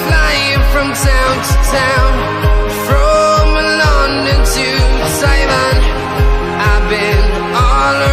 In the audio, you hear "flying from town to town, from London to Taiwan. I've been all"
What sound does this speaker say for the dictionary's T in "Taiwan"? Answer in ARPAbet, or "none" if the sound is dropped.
S